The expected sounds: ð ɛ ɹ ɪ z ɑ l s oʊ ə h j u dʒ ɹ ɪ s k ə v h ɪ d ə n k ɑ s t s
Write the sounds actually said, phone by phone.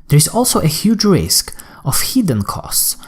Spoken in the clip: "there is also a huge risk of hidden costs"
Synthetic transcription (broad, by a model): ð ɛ ɹ ɪ z ɑ l s oʊ ə h j u dʒ ɹ ɪ s k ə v h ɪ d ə n k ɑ s t s